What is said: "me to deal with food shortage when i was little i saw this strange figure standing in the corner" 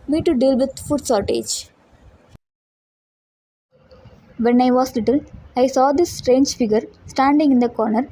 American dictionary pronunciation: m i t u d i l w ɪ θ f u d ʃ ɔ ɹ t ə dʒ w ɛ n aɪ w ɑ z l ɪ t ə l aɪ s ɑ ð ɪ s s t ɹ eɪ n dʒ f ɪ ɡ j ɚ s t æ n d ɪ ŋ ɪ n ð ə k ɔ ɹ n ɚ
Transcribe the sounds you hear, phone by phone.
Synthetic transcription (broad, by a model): m i t u d i l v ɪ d f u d s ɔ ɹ t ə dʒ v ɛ n aɪ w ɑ s l ɪ t ə l aɪ s ɑ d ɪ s s t ɹ eɪ n dʒ f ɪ ɡ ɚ s t æ n d ɪ ŋ ɪ n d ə k ɔ ɹ n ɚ